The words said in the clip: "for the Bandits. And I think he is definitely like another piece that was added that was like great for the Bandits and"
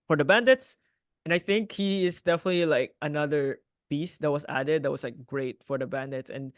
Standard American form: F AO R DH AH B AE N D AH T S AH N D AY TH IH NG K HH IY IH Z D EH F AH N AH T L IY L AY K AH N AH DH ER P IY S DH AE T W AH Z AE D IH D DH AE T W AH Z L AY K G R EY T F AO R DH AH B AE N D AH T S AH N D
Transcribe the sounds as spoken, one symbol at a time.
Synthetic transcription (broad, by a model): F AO R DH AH B AE N D AH T S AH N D AY TH IH NG K HH IY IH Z D EH F AH N AH T L IY L AY K AH N AH DH ER B IY S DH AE T W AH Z AE D IH D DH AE T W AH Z L AY K G R EY T F AO R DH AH B AE N D AH T S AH N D